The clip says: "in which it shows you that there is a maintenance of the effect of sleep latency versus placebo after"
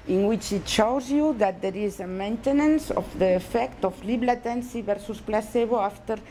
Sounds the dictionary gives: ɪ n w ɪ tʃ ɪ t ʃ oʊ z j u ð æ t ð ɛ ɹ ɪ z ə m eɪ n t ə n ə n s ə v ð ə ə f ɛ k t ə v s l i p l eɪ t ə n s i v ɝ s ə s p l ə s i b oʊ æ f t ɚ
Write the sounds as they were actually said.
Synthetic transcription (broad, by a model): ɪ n w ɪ tʃ ɪ t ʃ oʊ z j u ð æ t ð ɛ ɹ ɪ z ə m eɪ n t ə n ə n s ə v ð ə ə f ɛ k t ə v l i b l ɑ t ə n s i v ɝ s ə s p l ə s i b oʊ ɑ f t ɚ